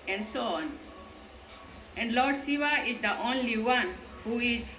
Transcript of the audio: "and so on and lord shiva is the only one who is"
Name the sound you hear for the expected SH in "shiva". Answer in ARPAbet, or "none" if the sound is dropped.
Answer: S